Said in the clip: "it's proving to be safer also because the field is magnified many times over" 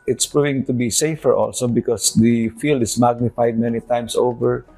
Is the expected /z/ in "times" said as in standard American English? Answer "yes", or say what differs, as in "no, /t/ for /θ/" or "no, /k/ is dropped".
no, /s/ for /z/